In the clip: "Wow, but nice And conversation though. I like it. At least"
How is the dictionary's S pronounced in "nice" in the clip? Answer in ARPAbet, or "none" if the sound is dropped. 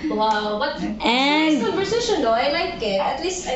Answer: none